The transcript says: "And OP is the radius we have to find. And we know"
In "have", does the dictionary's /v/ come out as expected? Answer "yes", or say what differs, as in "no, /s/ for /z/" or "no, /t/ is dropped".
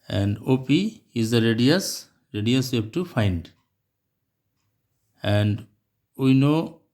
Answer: no, /b/ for /v/